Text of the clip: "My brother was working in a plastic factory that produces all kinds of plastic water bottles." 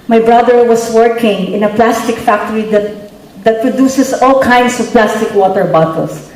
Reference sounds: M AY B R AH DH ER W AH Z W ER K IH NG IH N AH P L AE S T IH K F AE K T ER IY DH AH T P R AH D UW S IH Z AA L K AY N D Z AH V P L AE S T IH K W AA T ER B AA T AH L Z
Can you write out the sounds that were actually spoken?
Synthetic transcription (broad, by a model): M AY B R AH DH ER W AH S W ER K IH NG IH N AH P L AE S T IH K F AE K T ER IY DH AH T P R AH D UW S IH S AA L K AY N D S AH V P L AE S T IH K W AA T ER B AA T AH L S